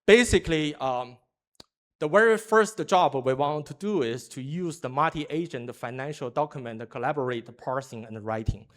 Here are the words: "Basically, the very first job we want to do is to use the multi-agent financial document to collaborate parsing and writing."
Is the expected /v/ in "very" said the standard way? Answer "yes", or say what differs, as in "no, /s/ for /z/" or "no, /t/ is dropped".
no, /w/ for /v/